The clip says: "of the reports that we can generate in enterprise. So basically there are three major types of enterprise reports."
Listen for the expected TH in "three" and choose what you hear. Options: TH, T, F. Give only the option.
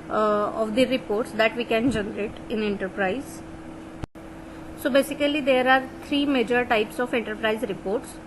T